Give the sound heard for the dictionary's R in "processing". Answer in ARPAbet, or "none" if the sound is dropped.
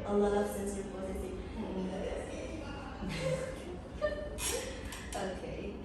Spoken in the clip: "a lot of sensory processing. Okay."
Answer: none